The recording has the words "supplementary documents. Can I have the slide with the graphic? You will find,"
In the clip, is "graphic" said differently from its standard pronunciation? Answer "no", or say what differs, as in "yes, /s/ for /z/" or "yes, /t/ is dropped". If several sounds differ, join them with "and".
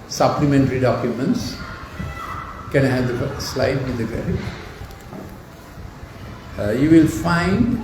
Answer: yes, /f/ is dropped